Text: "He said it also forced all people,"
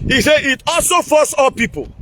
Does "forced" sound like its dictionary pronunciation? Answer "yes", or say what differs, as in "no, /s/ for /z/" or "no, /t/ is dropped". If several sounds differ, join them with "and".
no, /t/ is dropped